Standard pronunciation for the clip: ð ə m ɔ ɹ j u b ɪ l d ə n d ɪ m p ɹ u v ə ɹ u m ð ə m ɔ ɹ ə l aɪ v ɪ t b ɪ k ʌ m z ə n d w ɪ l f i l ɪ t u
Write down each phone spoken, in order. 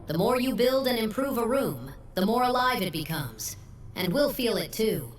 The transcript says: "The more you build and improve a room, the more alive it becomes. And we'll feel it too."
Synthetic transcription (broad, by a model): ð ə m ɔ ɹ j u b ɪ l d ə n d ɪ m p ɹ u v ə ɹ u m ð ə m ɔ ɹ ə l aɪ v ɪ t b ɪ k ʌ m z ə n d w ɪ l f i l ɪ t u